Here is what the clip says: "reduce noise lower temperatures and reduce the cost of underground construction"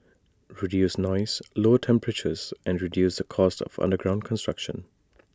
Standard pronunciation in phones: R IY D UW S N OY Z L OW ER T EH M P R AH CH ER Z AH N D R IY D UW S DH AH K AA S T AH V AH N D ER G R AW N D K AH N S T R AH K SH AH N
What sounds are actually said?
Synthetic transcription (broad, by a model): R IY D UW S N OY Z L OW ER T EH M P R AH CH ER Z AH N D R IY D UW S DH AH K AA S T AH V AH N D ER G R AW N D K AH N S T R AH K SH AH N